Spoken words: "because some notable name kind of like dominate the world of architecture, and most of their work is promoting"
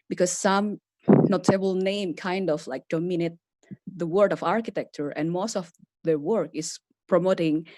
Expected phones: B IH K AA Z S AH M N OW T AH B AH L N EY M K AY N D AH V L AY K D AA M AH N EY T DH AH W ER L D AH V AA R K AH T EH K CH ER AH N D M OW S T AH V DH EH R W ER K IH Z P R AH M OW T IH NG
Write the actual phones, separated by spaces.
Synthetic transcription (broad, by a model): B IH K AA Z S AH M N OW T AH B AH L N EY M K AY N D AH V L AY K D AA M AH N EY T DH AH W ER D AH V AA R K AH T EH K CH ER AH N M OW S T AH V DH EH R W ER K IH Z P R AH M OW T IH NG